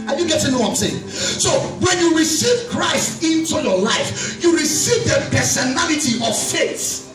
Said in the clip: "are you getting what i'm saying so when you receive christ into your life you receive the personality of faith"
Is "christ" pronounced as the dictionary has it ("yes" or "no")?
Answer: yes